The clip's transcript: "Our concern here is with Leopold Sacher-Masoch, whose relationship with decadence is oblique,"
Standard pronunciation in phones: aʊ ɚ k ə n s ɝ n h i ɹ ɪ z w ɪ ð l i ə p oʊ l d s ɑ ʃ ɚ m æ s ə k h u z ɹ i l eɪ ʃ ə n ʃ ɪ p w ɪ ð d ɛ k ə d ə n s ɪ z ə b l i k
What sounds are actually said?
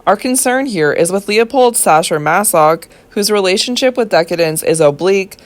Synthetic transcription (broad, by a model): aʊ ɚ k ə n s ɝ n h i ɹ ɪ z w ɪ ð l i ə p oʊ l d s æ ʃ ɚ m æ s ə k h u z ɹ i l eɪ ʃ ə n ʃ ɪ p w ɪ ð d ɛ k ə d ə n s ɪ z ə b l i k